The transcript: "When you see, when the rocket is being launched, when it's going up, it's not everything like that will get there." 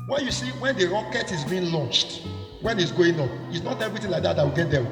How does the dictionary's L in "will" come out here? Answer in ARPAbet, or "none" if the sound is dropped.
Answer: W